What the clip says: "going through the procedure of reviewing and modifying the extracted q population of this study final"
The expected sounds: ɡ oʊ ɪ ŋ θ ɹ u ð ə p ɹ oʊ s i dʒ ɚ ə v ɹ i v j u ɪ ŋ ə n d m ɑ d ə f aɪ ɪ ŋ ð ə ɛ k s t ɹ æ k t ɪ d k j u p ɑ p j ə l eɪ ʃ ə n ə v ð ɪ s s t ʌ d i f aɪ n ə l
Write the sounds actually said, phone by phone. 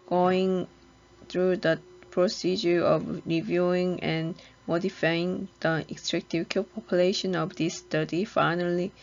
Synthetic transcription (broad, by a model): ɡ oʊ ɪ ŋ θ ɹ u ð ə p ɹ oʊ s i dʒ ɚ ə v ɹ i v j u ɪ ŋ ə n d m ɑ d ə f aɪ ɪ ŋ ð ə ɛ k s t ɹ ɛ k t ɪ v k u p ɑ p j ə l eɪ ʃ ə n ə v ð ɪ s s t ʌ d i f aɪ n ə l